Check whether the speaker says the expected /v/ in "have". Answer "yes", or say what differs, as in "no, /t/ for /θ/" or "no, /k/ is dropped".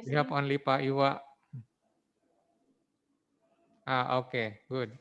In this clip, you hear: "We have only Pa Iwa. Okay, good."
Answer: no, /p/ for /v/